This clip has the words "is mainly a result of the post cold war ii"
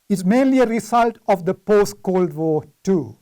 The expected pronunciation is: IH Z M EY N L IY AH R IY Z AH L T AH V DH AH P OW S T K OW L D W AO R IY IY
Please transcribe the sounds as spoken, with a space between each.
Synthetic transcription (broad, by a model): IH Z M EY N L IY AH R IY S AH L T AH V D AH P OW S T K OW L D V AO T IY